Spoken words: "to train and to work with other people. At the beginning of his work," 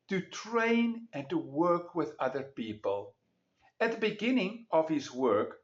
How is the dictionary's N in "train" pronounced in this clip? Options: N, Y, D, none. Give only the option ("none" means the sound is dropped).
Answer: N